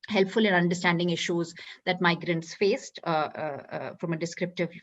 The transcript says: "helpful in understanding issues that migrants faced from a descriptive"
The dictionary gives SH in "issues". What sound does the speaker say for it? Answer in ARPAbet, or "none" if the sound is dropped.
SH